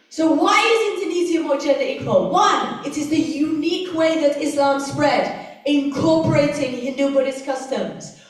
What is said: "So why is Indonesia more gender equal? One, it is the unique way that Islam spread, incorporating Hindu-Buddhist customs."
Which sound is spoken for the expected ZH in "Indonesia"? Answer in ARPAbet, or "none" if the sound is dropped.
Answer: Z